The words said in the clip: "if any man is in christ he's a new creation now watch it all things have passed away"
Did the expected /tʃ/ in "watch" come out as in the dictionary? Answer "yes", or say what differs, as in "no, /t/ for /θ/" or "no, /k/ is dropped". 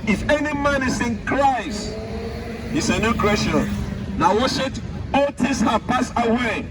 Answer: no, /ʃ/ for /tʃ/